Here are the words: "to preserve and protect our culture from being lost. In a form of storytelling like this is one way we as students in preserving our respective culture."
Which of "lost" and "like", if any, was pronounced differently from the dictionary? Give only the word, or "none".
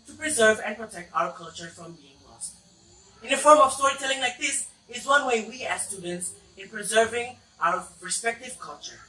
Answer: none